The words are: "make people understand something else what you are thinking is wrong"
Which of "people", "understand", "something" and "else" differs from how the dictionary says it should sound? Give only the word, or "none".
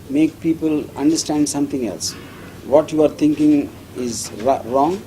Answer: something